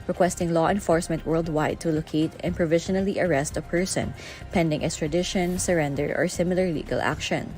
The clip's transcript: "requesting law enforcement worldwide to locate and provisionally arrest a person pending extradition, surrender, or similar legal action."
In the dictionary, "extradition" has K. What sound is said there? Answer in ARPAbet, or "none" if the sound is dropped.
none